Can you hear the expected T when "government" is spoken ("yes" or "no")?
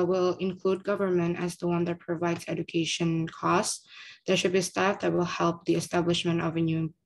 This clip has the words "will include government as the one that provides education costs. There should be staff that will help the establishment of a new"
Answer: yes